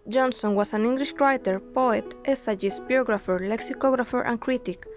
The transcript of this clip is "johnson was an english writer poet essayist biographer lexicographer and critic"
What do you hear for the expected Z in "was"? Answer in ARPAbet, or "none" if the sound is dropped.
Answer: S